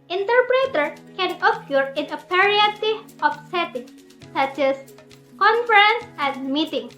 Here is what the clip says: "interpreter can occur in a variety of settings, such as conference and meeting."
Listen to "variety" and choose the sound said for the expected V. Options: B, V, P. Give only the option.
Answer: P